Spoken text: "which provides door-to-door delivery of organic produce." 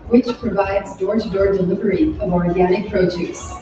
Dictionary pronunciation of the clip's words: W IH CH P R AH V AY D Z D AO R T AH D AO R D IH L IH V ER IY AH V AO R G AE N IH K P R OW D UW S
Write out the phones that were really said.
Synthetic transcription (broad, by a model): W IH CH P R AH V AY D Z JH AO R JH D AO R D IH L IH V ER IY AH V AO R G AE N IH K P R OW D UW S